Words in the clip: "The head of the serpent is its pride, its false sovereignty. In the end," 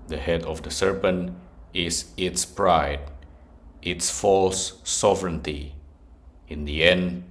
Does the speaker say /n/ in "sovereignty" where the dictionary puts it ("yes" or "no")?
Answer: yes